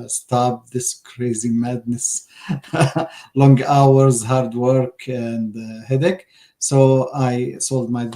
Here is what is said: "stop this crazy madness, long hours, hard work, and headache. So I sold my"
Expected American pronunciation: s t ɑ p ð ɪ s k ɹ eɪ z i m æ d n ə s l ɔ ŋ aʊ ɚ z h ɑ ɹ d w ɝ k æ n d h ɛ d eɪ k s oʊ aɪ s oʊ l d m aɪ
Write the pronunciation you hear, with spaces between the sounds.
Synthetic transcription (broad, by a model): s t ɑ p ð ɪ s k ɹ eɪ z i m æ d n ə s l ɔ ŋ aʊ ɚ z h ɑ ɹ d w ɝ k æ n d h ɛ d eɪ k s oʊ aɪ s oʊ l d m aɪ